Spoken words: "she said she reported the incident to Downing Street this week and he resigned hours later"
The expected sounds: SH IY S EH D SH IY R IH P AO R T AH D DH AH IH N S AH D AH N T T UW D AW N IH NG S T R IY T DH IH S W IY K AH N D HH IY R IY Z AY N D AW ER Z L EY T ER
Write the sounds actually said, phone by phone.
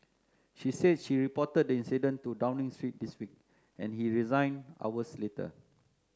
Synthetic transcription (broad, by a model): SH IY S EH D SH IY R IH P AO T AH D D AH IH N S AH D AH N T T UW D AW N IH NG S T R IY T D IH S W IY K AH N HH IY R IY Z AY N AW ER S L EY T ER